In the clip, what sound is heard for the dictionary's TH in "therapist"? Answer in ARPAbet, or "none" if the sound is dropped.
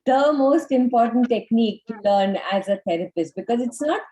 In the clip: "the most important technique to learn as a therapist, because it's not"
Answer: T